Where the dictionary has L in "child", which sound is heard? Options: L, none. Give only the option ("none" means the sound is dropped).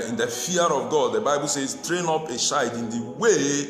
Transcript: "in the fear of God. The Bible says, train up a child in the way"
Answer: none